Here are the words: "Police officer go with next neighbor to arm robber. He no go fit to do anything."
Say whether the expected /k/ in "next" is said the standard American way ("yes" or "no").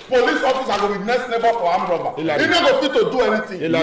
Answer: no